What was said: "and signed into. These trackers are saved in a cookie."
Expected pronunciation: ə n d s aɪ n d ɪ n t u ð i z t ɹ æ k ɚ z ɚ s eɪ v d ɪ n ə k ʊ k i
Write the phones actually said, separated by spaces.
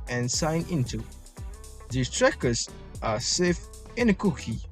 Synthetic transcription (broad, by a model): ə n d s aɪ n ɪ n t u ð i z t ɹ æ k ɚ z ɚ s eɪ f ɪ n ə k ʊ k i